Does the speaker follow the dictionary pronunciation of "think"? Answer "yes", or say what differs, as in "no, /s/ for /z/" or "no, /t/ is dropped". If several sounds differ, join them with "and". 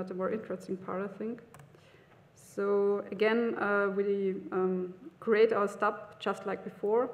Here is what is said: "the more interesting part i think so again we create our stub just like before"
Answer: yes